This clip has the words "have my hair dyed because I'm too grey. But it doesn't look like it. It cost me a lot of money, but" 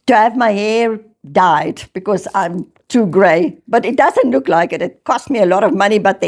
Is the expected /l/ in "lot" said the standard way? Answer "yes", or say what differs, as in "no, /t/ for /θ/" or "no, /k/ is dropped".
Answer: yes